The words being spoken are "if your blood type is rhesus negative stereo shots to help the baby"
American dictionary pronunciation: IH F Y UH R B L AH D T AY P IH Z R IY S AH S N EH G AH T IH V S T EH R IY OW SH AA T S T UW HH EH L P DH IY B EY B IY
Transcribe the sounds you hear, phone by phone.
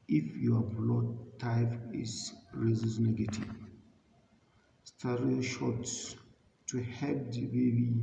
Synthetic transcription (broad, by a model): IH F Y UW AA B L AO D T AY F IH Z R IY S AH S N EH G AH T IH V S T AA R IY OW SH AA T S T UW HH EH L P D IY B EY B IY